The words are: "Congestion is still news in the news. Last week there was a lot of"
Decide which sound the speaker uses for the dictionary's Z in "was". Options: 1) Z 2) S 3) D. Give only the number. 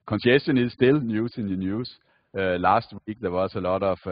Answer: 2